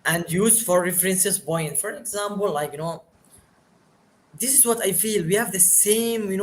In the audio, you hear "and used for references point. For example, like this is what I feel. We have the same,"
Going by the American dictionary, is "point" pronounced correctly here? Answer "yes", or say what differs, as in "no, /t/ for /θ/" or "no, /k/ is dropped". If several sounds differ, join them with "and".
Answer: no, /b/ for /p/